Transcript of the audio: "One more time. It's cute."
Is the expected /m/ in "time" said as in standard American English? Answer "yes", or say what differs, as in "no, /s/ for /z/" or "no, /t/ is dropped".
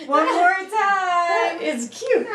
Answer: no, /m/ is dropped